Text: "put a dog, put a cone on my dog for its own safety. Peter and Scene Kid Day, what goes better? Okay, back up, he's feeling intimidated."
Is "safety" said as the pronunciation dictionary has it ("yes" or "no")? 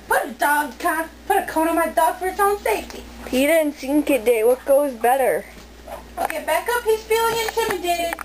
yes